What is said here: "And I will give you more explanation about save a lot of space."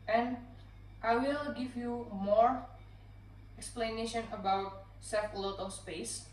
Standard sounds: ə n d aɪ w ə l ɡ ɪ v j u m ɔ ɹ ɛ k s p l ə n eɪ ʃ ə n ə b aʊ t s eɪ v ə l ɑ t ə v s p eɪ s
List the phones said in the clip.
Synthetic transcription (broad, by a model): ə n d aɪ w ə l ɡ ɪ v j u m ɔ ɹ ɛ k s p l ə n eɪ ʃ ə n ə b aʊ t s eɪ f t l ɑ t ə s p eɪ s